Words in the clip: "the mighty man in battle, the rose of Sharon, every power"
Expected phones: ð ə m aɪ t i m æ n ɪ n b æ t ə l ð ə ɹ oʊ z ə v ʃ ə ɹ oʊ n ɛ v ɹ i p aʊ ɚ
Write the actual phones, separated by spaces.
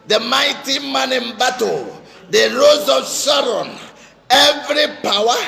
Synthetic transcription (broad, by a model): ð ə m aɪ t i m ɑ n ɪ n b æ t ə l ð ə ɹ oʊ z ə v s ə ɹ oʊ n ɛ v ɹ i p aʊ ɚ